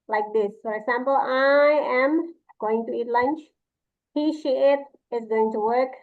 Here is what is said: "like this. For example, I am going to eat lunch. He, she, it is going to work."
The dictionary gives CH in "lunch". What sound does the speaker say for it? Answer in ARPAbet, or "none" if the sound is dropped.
CH